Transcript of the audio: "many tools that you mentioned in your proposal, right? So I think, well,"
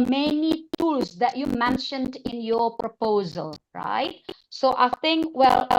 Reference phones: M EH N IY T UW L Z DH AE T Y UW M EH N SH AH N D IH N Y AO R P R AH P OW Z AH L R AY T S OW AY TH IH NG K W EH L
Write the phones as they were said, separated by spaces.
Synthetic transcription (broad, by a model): M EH N IY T UW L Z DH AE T Y UW M EH N SH AH N D IH N Y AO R P R AH P OW Z AH L R AY T S OW AY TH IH NG K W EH L